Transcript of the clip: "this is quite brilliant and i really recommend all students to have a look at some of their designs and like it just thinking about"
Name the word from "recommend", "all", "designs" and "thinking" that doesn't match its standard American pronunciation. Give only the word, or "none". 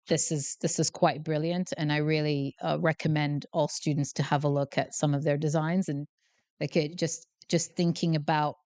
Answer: none